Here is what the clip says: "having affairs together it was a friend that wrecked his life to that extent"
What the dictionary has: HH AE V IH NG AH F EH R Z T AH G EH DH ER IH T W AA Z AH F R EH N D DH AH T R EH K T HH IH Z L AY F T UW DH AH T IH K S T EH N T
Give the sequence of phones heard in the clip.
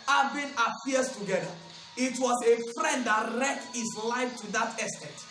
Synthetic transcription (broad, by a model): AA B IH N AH P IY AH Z T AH G EH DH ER IH T W AA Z AH F R EH N D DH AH T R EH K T HH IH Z L AY F T UW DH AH T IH S T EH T